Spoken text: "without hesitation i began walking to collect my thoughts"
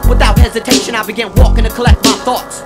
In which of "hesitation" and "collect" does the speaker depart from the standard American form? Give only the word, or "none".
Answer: none